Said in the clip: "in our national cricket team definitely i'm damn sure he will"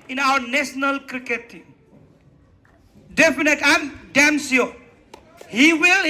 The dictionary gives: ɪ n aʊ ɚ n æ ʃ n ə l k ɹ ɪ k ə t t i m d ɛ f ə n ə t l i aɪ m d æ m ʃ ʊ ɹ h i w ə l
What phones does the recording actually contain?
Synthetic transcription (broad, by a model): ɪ n aʊ ɚ n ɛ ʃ n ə l k ɹ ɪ k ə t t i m d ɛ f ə n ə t i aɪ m d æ m s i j h i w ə l